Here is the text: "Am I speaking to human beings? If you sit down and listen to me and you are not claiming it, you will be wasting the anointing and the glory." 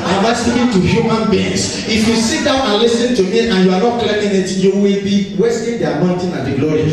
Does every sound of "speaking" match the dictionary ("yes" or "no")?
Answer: no